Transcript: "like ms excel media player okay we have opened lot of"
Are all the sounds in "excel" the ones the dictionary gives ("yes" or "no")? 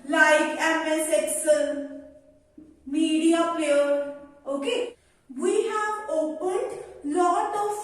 no